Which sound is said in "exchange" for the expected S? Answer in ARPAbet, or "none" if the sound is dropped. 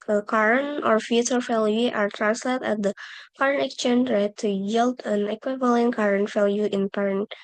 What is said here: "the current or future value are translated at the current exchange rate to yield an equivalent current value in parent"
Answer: none